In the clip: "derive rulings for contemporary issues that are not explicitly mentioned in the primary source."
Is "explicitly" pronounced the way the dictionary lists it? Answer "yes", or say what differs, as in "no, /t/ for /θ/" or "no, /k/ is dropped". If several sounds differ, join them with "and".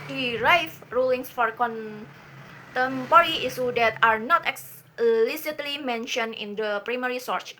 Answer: no, /p/ is dropped